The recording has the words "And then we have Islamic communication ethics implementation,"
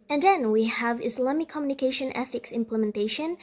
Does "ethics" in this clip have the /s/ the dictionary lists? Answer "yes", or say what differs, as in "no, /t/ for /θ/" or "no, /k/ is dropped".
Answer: yes